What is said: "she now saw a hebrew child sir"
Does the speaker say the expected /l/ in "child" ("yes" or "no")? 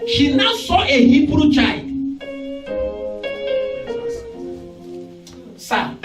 no